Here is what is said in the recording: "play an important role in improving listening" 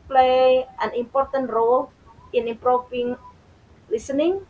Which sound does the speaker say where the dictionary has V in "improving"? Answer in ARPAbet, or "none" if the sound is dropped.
F